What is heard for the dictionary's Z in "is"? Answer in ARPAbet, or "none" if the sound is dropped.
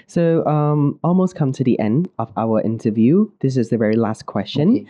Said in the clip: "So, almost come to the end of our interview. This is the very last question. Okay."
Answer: Z